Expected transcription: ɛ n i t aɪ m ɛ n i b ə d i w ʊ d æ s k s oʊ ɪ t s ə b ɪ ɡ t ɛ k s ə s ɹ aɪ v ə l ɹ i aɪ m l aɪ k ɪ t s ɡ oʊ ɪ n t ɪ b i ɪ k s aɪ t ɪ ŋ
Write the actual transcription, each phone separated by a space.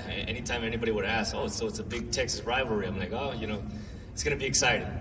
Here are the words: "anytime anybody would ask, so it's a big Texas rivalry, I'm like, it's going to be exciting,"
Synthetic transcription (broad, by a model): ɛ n i t aɪ m ɛ n i b ə d i w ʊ d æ s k s oʊ ɪ t s ə b ɪ ɡ t ɛ k s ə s ɹ aɪ v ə ɹ i aɪ m l aɪ k ɪ t s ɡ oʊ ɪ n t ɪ b i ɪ k s aɪ t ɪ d